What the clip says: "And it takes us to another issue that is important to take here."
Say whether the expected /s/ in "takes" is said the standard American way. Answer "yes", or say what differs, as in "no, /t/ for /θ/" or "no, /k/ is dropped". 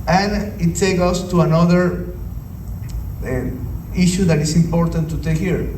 no, /s/ is dropped